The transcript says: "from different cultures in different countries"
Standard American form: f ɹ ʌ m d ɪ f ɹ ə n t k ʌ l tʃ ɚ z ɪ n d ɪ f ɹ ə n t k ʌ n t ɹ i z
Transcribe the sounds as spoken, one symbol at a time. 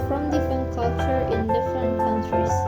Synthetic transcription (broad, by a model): f ɹ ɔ m d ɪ f ɹ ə n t k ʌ l tʃ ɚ ɪ n d ɪ f ɹ ə n t k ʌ n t ɹ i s